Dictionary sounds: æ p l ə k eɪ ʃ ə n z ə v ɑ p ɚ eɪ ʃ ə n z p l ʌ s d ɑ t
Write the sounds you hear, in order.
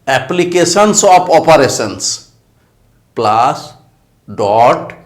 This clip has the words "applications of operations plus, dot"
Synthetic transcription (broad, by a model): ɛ p l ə k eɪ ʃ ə n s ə p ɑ p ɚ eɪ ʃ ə n s p l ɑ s d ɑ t